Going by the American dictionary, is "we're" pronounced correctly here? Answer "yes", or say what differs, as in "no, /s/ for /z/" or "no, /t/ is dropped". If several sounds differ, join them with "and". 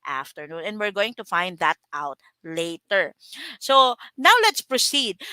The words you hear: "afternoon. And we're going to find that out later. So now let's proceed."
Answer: yes